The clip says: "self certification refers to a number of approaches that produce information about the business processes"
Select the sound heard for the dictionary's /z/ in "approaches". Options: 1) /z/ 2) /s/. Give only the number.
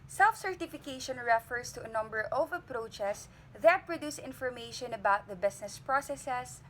2